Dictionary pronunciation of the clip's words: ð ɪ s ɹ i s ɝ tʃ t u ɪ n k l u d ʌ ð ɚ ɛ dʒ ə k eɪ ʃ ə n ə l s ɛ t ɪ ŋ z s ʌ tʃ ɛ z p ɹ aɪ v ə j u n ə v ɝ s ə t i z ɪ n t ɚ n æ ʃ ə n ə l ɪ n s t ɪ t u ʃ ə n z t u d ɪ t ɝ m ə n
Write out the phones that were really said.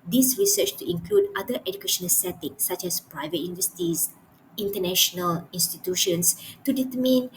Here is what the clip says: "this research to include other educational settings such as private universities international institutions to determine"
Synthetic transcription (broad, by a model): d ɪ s ɹ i s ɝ tʃ t u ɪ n k l u d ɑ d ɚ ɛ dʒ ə k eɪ ʃ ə n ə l s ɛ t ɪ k s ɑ tʃ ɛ s p ɹ aɪ v ə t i n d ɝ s t i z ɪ n t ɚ n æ ʃ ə n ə l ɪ n s t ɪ t u ʃ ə n s t u d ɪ t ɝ m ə n